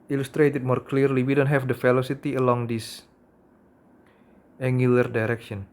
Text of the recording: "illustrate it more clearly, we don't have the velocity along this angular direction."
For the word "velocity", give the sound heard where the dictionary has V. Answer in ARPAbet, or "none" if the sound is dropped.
F